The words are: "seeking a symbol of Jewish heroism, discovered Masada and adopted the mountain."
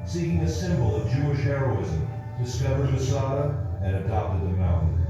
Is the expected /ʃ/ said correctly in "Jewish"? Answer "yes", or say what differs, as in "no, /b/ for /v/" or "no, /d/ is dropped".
yes